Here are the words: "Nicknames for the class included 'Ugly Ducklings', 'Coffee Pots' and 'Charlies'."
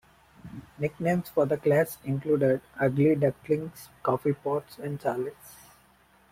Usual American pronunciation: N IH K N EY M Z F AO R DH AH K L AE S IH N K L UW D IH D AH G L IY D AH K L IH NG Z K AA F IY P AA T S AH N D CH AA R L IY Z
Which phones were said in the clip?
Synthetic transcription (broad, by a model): N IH K N EY M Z F AO R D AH K L AE S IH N K L UW D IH D AH G L IY D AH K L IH NG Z K AA F IY P AA T S AH N D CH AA R L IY S